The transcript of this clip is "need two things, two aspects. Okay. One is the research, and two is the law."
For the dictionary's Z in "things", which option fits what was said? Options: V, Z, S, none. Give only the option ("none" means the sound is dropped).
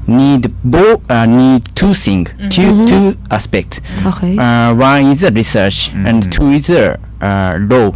none